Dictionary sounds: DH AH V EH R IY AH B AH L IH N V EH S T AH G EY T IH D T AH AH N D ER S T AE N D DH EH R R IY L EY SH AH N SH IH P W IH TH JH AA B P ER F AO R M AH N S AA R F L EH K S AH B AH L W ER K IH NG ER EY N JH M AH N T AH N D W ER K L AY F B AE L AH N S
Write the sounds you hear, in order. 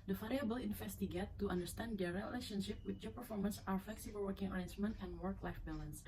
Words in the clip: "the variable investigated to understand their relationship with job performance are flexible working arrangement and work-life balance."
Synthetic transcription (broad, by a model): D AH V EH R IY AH B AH L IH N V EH S T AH G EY T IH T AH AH N D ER S T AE N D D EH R R IY L EY SH AH N SH IH P W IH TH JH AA P ER F AO R M AH N S AA R F L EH K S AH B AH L W ER K IH NG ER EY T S M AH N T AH N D W ER K L AY F B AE L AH N S